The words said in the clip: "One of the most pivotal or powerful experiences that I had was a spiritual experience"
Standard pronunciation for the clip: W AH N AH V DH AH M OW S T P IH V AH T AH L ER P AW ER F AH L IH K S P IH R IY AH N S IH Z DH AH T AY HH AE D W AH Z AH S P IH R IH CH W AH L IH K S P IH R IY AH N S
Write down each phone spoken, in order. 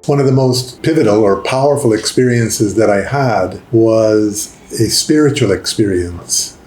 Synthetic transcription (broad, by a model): W AH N AH V DH AH M OW S T P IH V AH T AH L ER P AW ER F L IH K S P IH R IY AH N S IH Z DH AH T AY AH D W AH Z AH S P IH R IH CH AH L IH K S P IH R IY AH N S